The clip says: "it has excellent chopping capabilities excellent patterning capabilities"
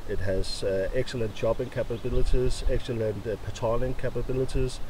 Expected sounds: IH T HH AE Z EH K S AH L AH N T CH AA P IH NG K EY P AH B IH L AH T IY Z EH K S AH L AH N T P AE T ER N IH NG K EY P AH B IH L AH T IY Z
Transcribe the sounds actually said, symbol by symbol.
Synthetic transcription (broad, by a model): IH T HH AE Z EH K S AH L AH N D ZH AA B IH NG K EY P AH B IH L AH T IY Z EH K S AH L AH N T P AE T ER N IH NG K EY P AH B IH L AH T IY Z